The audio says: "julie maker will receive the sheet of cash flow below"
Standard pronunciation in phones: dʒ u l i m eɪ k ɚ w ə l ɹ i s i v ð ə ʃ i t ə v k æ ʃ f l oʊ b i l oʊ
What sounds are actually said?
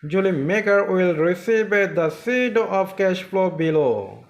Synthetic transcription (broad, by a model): dʒ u l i m eɪ k ɚ w ə l ɹ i s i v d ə s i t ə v k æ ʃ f l oʊ b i l oʊ